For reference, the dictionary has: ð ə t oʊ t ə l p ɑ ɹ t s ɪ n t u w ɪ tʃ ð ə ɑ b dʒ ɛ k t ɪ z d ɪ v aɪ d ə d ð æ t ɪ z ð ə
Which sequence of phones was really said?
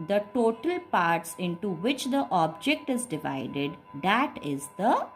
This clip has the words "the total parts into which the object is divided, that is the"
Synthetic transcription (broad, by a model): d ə t oʊ t ə l p ɑ ɹ t s ɪ n t u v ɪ tʃ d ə ɑ b dʒ ɛ k t ɪ z d ɪ v aɪ d ə d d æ t ɪ z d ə